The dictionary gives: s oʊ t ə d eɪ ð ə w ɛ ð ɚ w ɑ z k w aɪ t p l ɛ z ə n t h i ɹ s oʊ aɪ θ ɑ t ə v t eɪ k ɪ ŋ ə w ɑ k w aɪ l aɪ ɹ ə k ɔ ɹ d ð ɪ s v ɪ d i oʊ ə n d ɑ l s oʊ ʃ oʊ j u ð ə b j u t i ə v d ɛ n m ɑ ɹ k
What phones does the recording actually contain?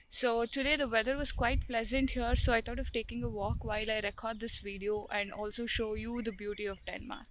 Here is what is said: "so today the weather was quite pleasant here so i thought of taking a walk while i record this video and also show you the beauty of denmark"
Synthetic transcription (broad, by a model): s oʊ t ə d eɪ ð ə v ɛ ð ɚ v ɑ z k w aɪ t p l ɛ z ə n t h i ɹ s oʊ aɪ t ɑ t ə v t eɪ k ɪ ŋ ə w ɑ k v aɪ l aɪ ɹ ə k ɔ ɹ d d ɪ s v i d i oʊ ə n d ɑ l s oʊ ʃ oʊ j u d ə b j u t i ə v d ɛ n m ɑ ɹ